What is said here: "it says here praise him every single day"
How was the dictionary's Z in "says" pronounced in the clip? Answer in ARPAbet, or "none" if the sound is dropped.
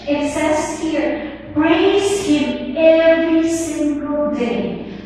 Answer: S